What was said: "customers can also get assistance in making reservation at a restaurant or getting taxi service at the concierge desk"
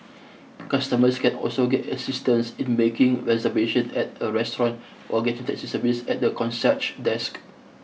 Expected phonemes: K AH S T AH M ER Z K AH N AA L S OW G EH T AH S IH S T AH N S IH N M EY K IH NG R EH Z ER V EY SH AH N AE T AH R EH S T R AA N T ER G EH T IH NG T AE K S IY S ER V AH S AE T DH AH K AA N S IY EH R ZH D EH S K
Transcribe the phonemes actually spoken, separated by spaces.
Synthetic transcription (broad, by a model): K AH S T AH M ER S K AH N AA L S OW G EH T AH S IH S T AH N S IH N M EY K IH NG R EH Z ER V EY SH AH N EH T AH R EH S T R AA N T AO G EH T IH NG T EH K S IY S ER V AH S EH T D AH K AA N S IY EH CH D EH S K